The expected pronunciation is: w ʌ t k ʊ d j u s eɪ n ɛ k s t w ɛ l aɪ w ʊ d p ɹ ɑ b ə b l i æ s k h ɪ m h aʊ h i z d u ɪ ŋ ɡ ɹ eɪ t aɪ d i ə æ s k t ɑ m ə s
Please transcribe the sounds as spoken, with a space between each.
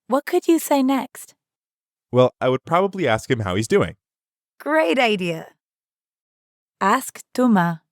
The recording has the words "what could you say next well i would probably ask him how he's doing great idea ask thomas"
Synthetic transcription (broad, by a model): w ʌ t k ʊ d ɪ s eɪ n ɛ k s t w ɛ l aɪ w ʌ d p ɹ ɑ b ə b l i æ s k h ɪ m h aʊ h i z d u ɪ ŋ ɡ ɹ eɪ t aɪ d i ə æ s k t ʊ m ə